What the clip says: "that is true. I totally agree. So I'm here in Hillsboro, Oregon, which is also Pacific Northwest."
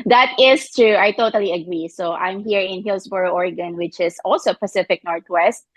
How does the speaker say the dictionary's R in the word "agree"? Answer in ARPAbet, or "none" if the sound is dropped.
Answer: R